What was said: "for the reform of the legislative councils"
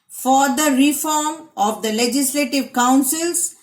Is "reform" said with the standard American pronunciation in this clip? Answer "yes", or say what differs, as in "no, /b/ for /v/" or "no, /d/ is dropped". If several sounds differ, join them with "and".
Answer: yes